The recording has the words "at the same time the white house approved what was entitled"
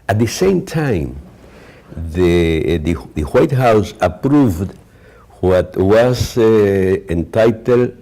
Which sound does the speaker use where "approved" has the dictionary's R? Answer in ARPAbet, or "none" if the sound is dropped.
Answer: R